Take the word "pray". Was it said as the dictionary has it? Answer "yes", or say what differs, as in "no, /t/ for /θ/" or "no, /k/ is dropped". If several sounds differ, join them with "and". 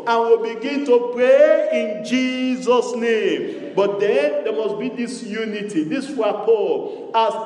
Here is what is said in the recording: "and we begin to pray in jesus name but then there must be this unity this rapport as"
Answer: yes